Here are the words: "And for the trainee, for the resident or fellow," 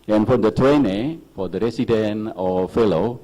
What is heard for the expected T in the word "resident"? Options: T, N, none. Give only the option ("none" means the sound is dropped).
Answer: none